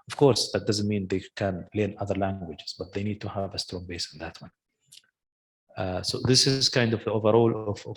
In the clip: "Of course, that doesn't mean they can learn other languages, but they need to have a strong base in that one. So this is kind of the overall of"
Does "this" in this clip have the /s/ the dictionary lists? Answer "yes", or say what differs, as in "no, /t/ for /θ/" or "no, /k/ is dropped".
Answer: yes